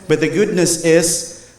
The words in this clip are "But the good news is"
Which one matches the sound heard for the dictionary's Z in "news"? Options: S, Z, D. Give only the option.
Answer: S